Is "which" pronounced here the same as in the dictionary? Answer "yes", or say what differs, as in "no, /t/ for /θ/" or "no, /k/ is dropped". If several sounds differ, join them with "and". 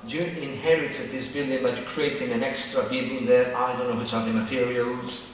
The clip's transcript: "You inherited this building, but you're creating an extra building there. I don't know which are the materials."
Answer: no, /s/ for /tʃ/